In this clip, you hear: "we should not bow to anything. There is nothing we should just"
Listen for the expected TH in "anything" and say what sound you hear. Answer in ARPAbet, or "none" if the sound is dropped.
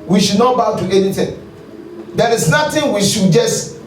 T